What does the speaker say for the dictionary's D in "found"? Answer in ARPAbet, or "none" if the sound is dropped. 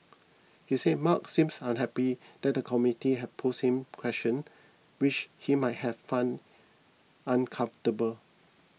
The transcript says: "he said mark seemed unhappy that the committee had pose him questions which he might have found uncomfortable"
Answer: none